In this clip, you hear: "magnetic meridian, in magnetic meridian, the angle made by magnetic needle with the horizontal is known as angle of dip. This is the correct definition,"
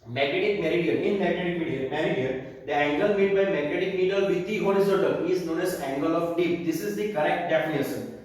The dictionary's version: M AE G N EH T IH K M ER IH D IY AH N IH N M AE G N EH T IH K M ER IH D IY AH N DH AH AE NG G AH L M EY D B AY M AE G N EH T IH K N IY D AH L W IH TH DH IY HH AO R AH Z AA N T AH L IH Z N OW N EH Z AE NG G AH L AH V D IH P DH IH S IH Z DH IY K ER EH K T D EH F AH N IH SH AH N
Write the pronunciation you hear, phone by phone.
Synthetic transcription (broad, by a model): M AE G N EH T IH K M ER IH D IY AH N IH N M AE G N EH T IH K M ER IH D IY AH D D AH AE NG G AH L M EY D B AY M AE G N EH T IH K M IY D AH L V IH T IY HH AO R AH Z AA T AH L IH Z N OW N EH Z AE NG G AH L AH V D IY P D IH S IH Z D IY K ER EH K T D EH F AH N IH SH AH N